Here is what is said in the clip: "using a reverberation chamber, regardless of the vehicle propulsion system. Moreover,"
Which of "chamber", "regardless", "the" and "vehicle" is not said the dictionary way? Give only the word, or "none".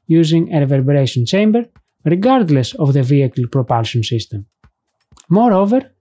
none